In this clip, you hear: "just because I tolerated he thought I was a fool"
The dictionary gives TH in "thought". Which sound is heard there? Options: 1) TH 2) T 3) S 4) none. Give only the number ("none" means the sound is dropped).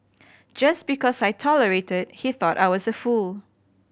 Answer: 1